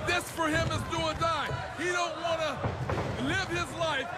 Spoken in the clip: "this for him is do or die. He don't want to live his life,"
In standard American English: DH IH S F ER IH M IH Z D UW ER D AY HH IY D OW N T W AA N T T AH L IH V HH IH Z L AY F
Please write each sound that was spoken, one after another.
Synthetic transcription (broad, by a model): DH IH S F ER IH M IH Z D UW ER D AY HH IY D OW N T W AA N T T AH L IH V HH IH Z L AY F